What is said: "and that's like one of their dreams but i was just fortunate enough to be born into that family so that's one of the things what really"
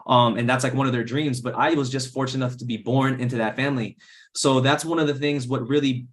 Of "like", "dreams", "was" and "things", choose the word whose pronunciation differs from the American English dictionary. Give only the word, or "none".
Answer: none